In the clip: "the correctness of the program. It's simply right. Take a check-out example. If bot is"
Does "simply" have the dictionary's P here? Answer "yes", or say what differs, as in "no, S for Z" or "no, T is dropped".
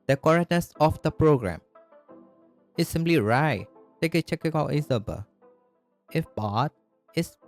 yes